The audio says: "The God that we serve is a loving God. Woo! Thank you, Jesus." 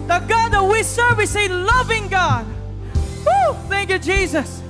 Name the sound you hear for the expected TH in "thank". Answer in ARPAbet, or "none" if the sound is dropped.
TH